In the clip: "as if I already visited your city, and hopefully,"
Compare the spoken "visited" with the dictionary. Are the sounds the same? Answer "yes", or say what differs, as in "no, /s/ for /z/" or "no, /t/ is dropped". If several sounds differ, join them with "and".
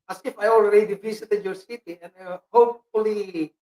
no, /s/ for /z/